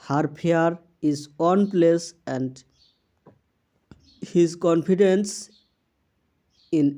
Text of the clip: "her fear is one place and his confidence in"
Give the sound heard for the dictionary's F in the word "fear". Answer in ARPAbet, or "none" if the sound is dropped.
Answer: P